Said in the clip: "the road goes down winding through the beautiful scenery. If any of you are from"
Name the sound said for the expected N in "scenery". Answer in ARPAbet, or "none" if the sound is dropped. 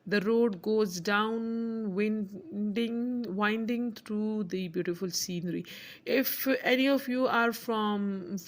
N